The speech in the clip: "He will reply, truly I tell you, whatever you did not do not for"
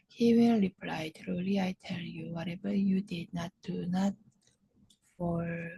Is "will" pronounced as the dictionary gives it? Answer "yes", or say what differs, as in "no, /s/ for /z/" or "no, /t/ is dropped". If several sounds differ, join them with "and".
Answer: no, /n/ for /l/